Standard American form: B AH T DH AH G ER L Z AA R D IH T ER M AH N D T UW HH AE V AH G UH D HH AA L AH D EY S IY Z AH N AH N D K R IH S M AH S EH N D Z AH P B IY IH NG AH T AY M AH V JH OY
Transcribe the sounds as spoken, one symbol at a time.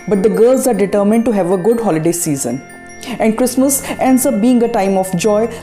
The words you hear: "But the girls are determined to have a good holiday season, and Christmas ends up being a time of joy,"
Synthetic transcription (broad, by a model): B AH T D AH G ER L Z AA R D IH T ER M AH N D T UW HH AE V AH G UH D HH AA L AH D EY S IY Z AH N AH N D K R IH S M AH S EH N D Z AH P B IY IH NG AH T AY M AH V JH OY